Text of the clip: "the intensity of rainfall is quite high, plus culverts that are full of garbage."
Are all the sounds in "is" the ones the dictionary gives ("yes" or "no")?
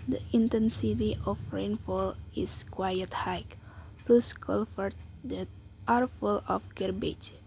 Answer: no